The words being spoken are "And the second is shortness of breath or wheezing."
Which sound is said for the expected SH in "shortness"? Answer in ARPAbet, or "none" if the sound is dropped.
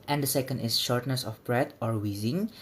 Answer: SH